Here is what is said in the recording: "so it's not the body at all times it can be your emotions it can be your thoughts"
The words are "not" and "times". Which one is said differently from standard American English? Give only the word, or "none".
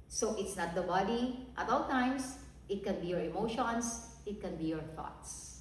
times